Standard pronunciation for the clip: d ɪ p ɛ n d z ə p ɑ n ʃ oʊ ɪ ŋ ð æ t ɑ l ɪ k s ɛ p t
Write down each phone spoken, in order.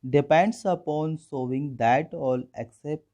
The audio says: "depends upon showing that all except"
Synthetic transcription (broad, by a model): d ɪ p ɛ n d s ə p ɑ n s oʊ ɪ ŋ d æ t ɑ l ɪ k s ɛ p t